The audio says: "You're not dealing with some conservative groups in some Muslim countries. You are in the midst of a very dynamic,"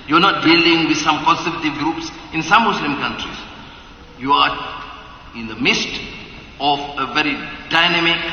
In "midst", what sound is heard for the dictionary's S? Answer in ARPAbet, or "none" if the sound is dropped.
S